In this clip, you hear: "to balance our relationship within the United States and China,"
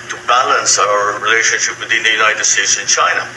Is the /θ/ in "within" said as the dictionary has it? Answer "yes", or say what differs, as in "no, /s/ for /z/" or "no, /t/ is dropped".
no, /t/ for /θ/